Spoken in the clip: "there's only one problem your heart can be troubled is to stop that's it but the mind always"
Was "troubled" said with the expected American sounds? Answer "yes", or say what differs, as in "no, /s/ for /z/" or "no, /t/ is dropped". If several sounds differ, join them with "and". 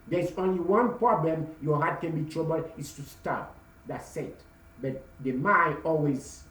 no, /l/ is dropped